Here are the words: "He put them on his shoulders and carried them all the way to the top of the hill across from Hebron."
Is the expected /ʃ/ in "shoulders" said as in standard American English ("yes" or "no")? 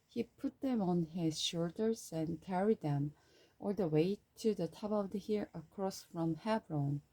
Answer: yes